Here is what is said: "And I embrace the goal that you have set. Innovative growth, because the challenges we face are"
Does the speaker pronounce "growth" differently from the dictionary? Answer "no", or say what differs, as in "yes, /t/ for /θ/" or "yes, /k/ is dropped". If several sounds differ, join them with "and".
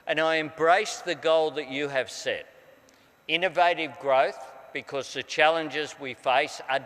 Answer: no